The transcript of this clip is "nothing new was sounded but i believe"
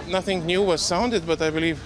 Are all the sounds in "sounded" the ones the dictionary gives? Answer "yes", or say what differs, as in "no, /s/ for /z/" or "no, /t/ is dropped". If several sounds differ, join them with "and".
yes